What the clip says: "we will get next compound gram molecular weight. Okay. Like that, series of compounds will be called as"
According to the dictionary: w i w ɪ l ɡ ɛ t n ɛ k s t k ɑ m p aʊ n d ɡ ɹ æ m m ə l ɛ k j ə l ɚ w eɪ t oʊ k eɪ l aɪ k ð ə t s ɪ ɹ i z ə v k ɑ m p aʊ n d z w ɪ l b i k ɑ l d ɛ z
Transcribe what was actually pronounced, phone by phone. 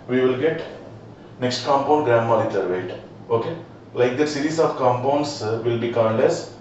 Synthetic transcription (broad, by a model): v i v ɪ l ɡ ɛ t n ɛ k s t k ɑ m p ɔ n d ɡ ɹ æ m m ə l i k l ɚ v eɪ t oʊ k eɪ l aɪ k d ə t s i ɹ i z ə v k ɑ m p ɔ n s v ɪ l b i k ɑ n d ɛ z